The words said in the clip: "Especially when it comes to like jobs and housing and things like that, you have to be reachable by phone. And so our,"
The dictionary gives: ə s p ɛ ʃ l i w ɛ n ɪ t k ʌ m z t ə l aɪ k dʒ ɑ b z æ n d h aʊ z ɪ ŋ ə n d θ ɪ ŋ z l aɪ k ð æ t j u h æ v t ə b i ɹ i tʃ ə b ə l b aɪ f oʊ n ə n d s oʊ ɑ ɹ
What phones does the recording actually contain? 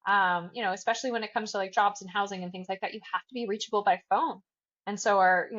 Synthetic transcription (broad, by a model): ə s p ɛ ʃ l i w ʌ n ɪ t k ʌ m z t ə l aɪ k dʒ ɑ b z n h aʊ z ɪ ŋ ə n θ ɪ ŋ z l aɪ k ð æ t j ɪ h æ f t ə b i ɹ i tʃ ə b l b aɪ f oʊ n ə n s oʊ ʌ ɹ